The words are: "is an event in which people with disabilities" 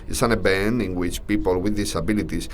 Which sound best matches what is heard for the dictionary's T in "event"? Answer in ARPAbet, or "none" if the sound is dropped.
none